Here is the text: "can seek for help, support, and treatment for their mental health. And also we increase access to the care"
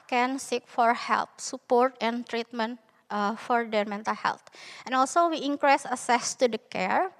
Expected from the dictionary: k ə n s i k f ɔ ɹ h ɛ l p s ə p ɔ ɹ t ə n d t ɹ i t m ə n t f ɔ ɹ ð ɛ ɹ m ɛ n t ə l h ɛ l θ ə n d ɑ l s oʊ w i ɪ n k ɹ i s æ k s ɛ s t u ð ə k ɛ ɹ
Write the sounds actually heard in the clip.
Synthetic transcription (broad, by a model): k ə n s i k f ɔ ɹ h ɛ l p s ə p ɔ ɹ t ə n t ɹ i t m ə n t f ɔ ɹ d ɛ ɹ m ɛ n t ə l h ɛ l t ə n ɑ l s oʊ w i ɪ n k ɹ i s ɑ s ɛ s t u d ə k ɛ ɹ